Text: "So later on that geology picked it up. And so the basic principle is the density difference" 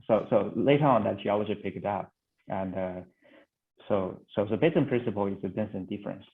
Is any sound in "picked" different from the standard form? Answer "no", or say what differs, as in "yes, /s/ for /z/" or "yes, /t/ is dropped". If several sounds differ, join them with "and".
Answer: yes, /t/ is dropped